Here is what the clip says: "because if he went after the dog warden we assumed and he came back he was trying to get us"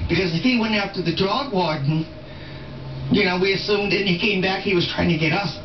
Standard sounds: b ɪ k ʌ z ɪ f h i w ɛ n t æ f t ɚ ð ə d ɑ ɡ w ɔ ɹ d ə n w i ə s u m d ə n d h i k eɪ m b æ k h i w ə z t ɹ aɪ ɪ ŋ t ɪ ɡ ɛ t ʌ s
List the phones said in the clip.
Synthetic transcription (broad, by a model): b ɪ k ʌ z ɪ f h i w ɛ n t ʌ p t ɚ ð ə d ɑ ɡ w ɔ ɹ d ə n w i ə s u m d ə n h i k eɪ m b æ k h i w ə z t ɹ aɪ ɪ ŋ t ɪ ɡ ɛ t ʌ s